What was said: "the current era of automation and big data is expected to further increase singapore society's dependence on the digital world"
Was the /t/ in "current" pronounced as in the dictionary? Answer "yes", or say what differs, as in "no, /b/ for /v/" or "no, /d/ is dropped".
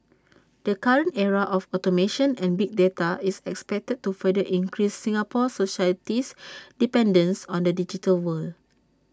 yes